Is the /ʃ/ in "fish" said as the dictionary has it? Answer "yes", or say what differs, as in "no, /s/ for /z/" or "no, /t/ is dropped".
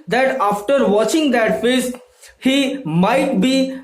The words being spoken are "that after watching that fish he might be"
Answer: no, /s/ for /ʃ/